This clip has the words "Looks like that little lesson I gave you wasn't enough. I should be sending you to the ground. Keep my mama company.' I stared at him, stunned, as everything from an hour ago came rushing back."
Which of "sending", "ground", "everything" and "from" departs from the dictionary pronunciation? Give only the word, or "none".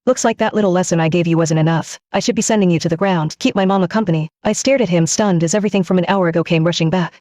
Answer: none